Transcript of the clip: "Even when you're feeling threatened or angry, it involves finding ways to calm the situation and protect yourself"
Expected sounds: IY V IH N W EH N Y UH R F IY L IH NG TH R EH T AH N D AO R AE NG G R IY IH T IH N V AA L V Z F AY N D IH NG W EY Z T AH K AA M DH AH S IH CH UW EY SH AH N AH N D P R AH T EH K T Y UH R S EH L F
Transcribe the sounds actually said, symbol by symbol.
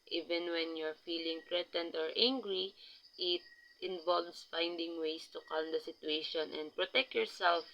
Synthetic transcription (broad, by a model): IY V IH N W EH N Y UH R F IY L IH NG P R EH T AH N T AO R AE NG G R IY IH T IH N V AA L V S F AY N D IH NG W EY S T AH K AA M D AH S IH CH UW EY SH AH N AH N D P R AH T EH K T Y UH R S EH L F